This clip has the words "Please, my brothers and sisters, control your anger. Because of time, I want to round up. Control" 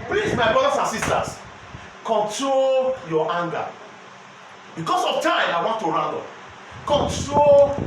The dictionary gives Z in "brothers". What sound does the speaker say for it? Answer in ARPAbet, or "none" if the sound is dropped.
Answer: S